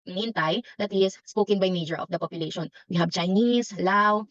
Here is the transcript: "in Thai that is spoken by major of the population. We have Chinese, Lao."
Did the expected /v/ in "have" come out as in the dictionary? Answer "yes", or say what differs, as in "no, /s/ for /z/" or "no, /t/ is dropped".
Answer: no, /b/ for /v/